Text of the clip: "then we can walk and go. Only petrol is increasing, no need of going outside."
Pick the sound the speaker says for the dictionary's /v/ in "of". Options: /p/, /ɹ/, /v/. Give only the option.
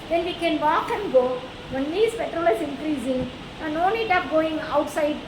/p/